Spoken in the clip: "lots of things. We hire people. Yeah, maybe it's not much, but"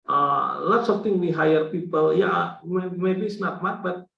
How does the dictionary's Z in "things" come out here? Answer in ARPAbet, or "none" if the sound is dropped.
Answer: none